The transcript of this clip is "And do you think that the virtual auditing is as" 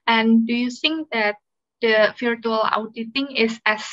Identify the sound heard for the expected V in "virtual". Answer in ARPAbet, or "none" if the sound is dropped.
F